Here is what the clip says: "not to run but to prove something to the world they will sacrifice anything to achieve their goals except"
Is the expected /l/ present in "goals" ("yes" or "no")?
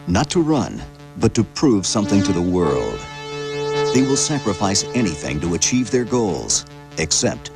yes